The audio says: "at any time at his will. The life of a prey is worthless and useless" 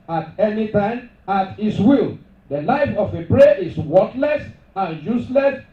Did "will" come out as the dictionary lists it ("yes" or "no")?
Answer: yes